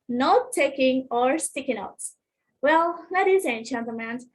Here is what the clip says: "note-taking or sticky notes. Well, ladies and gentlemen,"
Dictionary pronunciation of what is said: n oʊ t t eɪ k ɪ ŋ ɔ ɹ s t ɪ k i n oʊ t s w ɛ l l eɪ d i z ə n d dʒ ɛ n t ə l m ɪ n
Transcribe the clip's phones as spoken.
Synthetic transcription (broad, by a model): n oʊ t t eɪ k ɪ ŋ ɔ ɹ s t ɪ k i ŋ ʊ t w ɛ l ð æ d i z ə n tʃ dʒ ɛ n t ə m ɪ n